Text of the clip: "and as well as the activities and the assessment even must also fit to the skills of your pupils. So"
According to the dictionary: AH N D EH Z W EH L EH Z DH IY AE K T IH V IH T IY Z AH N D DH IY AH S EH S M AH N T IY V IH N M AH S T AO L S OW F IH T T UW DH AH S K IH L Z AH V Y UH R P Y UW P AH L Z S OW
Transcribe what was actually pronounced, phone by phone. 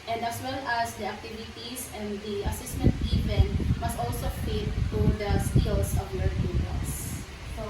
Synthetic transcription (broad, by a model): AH N D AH S W EH L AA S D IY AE K T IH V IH T IY S AH N D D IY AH S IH S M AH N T IY V IH N M AH S T AO L S OW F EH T T UW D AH S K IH L S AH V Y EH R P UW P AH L S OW